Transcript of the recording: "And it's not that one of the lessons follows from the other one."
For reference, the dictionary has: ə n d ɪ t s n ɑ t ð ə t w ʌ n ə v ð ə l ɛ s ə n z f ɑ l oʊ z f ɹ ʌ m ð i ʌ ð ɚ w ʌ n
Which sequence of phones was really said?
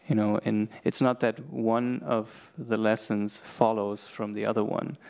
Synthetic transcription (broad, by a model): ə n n ɪ t s n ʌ t ð ə t w ʌ n ə v ð ə l ɛ s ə n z f ɑ l oʊ z f ɹ ʌ m ð i ʌ ð ɚ w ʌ n